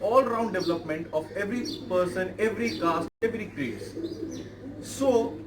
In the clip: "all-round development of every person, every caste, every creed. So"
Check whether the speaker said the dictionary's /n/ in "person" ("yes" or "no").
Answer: yes